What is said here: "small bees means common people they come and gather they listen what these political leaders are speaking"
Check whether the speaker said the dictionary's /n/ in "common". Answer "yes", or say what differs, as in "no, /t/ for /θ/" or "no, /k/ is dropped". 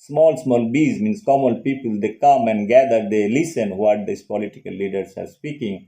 no, /l/ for /n/